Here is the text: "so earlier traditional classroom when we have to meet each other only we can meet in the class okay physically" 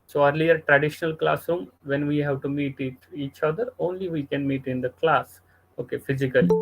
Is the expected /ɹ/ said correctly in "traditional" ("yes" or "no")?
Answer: yes